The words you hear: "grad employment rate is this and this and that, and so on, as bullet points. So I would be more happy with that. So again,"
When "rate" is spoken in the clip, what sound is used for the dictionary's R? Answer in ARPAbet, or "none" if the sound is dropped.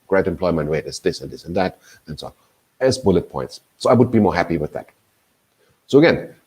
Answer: W